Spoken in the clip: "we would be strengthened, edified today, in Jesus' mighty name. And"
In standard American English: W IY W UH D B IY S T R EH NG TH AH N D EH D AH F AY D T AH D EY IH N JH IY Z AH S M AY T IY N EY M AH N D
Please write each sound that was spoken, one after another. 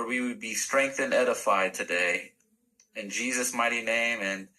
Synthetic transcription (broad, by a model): W IY W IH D B IY S T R EH NG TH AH N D EH D AH F AY D T AH D EY IH N JH IY Z AH S M AY T IY N EY M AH N